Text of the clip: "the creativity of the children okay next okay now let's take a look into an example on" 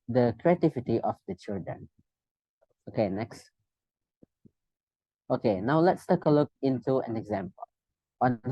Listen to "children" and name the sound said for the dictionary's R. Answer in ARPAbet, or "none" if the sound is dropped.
R